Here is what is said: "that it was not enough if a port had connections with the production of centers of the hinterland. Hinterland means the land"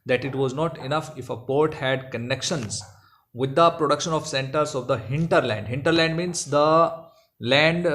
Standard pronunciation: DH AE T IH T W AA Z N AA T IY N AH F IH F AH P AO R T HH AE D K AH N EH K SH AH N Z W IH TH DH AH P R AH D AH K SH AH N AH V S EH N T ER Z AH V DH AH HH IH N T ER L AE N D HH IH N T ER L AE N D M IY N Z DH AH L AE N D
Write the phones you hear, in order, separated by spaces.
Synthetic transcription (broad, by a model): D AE T IH T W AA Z N AA T IY N AH F IH F AH P AO R T HH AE D K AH N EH K SH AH N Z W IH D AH P R AH D AH K SH AH N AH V S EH N T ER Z AH V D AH HH IH N T ER L AE N D HH IH N T ER L AE N D M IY N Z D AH L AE N D